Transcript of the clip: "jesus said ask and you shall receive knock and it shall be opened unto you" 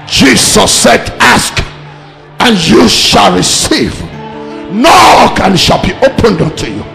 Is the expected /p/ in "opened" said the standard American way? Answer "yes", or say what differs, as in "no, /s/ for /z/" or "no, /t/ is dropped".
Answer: yes